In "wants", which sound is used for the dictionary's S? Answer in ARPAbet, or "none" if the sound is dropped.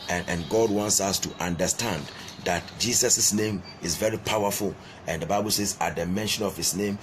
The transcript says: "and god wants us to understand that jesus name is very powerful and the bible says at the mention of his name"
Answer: S